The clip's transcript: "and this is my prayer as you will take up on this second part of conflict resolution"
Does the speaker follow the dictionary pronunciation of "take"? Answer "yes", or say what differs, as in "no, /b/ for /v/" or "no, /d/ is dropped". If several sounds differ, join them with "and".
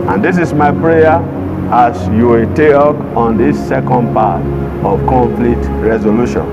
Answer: no, /k/ is dropped